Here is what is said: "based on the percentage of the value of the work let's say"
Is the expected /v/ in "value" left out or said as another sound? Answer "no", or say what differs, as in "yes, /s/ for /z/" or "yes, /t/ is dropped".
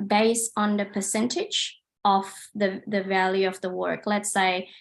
no